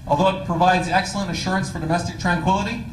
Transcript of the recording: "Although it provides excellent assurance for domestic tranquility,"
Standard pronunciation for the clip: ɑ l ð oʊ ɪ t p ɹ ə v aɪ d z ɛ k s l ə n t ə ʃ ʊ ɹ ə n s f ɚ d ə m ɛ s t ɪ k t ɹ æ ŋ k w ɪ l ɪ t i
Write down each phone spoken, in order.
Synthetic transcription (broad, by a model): ɑ l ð oʊ ɪ t p ɹ ə v aɪ d z ɛ k s l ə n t ə ʃ ʊ ɹ ə n s f ɚ d ə m ɛ s t ɪ k t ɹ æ ŋ k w ɪ l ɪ t i